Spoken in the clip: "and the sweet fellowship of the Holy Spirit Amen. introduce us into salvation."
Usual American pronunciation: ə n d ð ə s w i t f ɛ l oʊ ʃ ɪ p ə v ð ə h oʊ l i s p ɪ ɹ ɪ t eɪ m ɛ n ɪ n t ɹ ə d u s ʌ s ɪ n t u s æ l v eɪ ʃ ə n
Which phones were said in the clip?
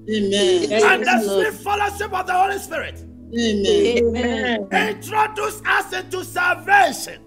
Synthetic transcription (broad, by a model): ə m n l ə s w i f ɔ l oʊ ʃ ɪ p ə v ð ə h oʊ l i s p ɪ ɹ ɪ t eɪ m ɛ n ɪ n t ɹ ə d u s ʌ s ɪ n t u s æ l v eɪ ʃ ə n